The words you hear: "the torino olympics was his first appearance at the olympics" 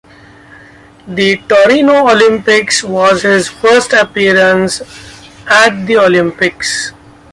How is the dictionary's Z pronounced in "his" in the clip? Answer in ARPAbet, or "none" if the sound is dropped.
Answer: Z